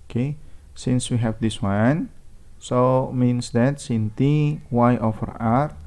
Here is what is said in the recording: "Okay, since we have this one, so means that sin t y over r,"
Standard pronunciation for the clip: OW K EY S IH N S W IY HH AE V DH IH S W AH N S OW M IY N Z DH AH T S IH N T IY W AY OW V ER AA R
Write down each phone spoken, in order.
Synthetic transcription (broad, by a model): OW K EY S IH N S W IY HH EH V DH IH S W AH N S OW M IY N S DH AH T S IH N T IY W AY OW F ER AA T